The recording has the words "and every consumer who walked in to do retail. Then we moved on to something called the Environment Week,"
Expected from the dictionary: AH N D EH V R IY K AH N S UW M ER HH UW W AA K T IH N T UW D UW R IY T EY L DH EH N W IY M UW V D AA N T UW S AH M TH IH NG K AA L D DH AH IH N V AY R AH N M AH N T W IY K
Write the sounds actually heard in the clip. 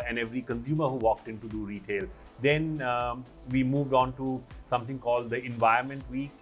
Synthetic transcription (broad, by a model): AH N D EH V R IY K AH N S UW M ER HH UW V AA K T IH N T UW D UW R IY T EY L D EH N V IY M UW V D AA N T UW S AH M T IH NG K AA L D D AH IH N V AY AH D M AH N T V IY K